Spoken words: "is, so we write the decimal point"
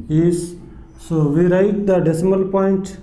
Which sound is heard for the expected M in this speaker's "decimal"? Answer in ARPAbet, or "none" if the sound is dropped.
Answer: M